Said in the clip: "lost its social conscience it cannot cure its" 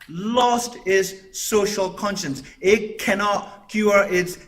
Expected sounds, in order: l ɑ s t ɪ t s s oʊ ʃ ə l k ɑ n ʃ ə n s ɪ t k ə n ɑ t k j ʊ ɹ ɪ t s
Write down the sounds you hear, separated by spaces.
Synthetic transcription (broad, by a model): l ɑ s t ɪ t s s oʊ ʃ ə l k ɑ n ʃ ə n s ɪ t k ə n ɑ t k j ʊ ɹ ɪ t s